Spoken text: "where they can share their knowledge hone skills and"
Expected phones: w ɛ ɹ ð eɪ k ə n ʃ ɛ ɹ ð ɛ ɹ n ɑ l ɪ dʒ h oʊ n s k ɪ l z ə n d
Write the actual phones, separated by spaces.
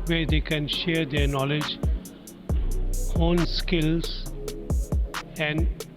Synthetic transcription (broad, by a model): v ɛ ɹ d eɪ k ə n ʃ ɛ ɹ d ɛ ɹ n ɑ l ɪ dʒ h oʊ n s k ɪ l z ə n d